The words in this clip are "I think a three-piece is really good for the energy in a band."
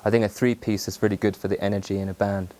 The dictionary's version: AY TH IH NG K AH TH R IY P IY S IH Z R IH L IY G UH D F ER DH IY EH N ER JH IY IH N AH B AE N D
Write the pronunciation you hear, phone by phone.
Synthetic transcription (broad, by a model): AY TH IH NG K AH TH R IY P IY S IH Z R IH L IY G UH D F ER DH IY EH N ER JH IY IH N AH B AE N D